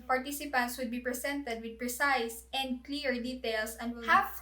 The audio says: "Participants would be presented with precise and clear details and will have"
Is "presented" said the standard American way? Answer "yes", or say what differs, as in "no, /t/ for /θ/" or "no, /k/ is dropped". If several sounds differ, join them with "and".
no, /s/ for /z/